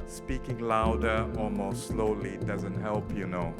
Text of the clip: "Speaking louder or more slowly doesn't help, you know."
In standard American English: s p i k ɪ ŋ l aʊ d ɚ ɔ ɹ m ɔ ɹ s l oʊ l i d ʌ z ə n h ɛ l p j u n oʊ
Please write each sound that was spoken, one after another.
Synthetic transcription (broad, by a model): s p i k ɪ ŋ l aʊ d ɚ ɔ l m ɔ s s l oʊ l i d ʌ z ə n h ɛ l p j u n oʊ